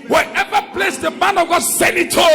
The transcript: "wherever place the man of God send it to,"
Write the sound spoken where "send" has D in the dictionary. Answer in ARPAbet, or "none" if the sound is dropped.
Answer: none